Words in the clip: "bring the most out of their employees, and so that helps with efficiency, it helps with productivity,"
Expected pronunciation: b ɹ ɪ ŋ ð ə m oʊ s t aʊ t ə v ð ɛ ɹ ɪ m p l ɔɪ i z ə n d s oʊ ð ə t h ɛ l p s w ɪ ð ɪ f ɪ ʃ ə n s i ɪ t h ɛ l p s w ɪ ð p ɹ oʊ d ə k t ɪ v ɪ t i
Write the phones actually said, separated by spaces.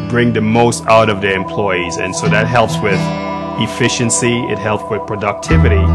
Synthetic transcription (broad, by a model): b ɹ ɪ ŋ ð ə m oʊ s t aʊ t ə v ð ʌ ɹ ɪ m p l ɔɪ i z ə n s oʊ ð ə t h ɛ l p s w ɪ ð ɪ f ɪ ʃ ə n s i ɪ t h ɛ l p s w ɪ ð p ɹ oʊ d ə k t ɪ v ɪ t i